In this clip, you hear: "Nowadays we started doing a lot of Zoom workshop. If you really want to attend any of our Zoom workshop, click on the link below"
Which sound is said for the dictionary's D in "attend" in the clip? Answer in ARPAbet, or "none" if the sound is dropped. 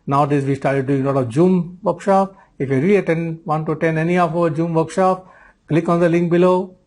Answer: none